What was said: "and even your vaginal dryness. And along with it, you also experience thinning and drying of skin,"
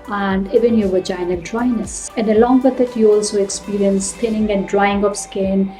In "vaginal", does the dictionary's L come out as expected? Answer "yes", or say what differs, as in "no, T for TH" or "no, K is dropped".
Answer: no, N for L